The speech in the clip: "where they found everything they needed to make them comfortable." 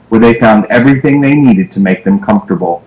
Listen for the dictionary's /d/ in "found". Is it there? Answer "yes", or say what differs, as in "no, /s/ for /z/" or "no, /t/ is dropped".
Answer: yes